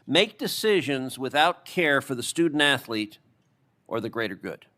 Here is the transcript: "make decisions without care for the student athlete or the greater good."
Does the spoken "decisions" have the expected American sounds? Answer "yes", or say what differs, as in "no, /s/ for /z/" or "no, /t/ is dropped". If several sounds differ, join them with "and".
yes